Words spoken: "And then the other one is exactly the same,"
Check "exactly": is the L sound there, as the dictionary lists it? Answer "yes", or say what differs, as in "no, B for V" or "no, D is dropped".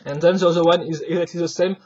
yes